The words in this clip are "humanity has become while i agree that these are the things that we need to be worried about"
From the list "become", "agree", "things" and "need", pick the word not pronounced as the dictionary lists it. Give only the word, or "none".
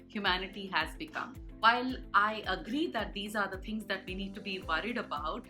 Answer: things